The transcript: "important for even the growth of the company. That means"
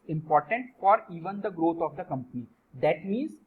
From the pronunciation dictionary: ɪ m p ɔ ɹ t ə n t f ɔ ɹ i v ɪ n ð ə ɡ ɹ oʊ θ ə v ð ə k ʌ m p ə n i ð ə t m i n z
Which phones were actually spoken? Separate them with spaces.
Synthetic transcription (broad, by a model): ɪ m p ɔ ɹ t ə n t f ɔ ɹ i v ɪ n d ə ɡ ɹ oʊ t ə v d ə k ʌ m p ə n i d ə t m i n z